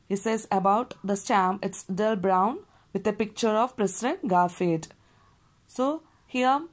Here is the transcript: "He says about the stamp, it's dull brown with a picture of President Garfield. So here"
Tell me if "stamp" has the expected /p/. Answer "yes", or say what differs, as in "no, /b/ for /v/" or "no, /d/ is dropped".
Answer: no, /p/ is dropped